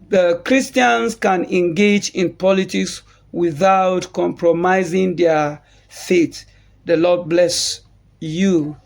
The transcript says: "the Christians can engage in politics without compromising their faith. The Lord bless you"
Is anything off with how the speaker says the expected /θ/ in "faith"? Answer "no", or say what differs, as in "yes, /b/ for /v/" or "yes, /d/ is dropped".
yes, /t/ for /θ/